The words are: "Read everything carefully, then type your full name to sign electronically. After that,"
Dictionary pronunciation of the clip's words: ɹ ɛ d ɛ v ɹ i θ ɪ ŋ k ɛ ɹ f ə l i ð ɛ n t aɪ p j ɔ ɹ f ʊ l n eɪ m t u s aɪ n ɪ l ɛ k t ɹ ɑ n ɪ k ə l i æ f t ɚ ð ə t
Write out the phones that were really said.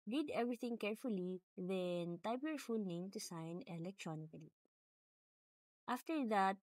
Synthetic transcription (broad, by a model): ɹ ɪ d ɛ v ɹ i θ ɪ ŋ k ɛ ɹ f ə l i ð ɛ n t aɪ p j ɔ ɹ f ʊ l n eɪ m t u s aɪ n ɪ l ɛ k t ɹ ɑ n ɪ k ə l i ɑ f t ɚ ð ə t